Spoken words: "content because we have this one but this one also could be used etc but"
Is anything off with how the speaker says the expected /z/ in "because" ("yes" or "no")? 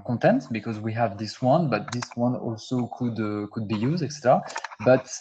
no